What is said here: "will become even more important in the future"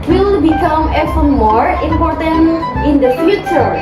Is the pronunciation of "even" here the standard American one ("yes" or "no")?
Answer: no